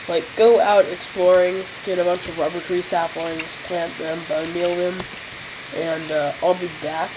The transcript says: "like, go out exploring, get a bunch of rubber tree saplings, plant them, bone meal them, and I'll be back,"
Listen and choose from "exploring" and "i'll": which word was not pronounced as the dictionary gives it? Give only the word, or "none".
none